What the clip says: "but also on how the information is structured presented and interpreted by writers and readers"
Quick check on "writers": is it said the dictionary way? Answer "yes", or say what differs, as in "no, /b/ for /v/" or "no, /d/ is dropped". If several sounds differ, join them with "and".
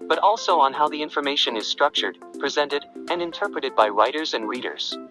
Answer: yes